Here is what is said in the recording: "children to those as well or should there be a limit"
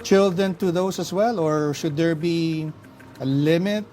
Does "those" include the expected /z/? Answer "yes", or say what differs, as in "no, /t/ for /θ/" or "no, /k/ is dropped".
no, /s/ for /z/